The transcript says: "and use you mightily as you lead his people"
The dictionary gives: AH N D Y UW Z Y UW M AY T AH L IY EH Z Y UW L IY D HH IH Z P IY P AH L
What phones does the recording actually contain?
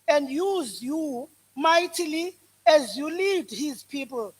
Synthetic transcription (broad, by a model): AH N D Y UW Z Y UW M AY T AH L IY EH Z Y UW L IY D HH IH Z P IY P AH L